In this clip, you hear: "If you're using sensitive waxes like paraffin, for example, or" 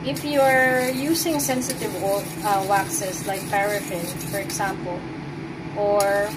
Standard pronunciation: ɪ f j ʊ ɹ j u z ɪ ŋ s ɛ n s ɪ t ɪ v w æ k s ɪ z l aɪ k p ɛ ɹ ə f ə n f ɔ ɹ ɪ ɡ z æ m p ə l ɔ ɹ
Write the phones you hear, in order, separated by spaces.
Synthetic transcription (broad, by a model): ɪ f j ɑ ɹ j u s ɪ ŋ s ɛ n s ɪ t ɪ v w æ k s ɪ s l aɪ k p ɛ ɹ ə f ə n f ɔ ɹ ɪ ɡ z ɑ m p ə l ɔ ɹ